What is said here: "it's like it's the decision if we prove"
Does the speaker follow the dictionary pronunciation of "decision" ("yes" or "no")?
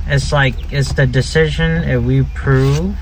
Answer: yes